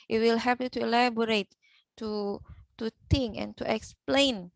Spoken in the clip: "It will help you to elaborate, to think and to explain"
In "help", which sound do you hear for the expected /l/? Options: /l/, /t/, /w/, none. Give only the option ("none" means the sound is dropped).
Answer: none